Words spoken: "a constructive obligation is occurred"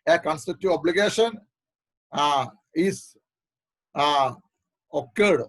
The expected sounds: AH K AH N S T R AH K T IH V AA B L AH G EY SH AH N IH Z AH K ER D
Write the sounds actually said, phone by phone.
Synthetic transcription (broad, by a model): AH K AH N S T AH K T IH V AA B L AH G EY SH AH N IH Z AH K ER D